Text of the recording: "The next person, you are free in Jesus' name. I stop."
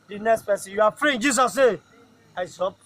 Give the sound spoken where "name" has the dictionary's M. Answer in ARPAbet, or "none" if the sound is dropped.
none